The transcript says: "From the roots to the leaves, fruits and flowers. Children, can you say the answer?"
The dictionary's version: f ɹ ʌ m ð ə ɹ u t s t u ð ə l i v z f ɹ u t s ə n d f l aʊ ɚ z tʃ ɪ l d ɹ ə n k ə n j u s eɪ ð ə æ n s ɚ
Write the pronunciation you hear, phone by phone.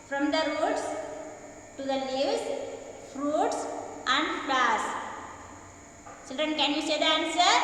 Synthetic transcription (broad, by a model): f ɹ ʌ m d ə ɹ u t s t u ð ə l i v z f ɹ u t s ə n d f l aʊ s tʃ ɪ l d ɹ ə n k ə n j u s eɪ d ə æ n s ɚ